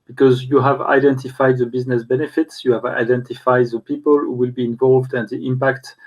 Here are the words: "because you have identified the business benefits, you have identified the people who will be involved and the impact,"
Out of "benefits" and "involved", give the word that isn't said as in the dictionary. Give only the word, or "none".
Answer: none